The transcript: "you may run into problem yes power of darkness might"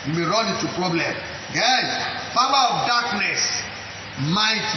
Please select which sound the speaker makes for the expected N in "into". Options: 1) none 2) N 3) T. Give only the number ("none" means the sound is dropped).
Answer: 1